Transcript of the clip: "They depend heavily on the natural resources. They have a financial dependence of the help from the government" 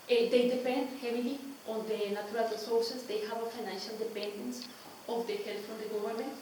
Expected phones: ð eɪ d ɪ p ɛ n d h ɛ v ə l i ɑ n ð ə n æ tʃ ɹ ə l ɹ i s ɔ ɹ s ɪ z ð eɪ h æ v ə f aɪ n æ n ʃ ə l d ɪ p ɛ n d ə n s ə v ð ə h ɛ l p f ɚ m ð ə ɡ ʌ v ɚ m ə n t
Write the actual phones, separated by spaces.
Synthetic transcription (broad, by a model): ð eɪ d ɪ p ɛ n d h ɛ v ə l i ɑ n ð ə n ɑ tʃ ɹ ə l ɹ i s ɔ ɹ s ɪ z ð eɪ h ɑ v ə f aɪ n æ n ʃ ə l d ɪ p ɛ n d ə n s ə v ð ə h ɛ l f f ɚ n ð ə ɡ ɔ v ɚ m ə n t